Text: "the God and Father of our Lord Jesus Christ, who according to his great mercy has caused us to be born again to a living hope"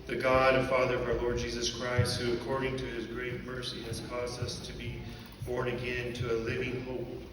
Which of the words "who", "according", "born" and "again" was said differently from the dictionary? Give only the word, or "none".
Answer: none